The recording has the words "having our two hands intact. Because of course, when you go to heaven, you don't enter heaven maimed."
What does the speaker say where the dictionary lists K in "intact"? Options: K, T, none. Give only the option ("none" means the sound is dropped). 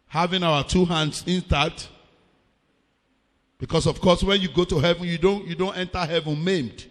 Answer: none